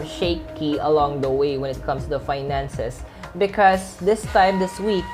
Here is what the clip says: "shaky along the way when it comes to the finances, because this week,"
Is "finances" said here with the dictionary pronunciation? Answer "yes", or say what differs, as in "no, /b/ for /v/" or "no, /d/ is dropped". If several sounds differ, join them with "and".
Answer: no, /s/ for /z/